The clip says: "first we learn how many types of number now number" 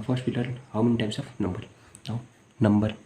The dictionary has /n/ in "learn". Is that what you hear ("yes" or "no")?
no